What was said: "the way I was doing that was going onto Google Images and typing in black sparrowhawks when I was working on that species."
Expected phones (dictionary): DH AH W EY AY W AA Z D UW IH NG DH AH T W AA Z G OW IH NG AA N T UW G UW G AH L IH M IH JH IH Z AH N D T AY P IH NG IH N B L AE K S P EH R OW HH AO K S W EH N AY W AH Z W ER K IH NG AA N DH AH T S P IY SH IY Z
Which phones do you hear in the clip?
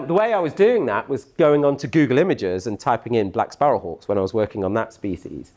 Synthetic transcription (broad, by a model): DH AH W EY AY W AA Z D UW IH NG DH AH T W AA Z G OW IH NG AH N T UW G UW G AH L IH M IH JH IH Z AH N T AY P IH NG IH N B L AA K S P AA R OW HH AO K S W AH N AY W AH Z W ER K IH NG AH N DH AH T S P IY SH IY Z